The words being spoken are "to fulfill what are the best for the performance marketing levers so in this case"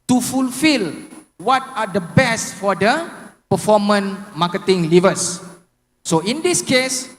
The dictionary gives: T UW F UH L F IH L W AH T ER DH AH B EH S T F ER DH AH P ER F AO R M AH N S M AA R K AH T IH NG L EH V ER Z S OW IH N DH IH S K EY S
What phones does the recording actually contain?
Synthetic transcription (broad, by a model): T UW F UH L F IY L W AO T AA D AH B EH S T F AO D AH P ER F AO M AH N M AA K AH T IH NG L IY V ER S OW IH N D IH S K EY S